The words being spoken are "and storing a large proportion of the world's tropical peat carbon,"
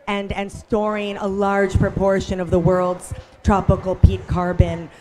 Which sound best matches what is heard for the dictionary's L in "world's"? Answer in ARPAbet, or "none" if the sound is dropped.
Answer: L